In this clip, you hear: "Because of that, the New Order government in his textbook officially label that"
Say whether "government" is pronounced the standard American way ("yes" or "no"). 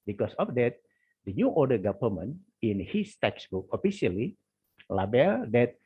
no